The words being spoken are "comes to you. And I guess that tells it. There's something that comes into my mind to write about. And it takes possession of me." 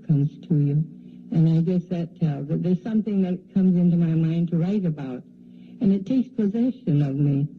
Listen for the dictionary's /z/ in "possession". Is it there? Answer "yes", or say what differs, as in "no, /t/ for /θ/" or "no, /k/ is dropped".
yes